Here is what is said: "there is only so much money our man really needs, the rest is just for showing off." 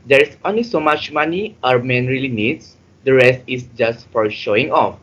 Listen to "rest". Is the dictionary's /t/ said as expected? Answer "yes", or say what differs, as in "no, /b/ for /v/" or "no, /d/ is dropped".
yes